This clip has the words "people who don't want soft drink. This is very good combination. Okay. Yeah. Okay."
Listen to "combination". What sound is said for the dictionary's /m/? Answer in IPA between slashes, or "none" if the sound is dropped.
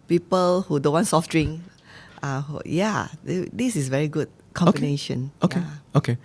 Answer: none